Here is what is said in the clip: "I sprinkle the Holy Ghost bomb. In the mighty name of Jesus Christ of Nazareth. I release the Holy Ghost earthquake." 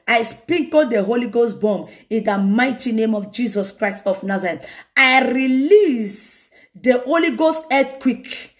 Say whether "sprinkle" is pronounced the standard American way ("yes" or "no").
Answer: no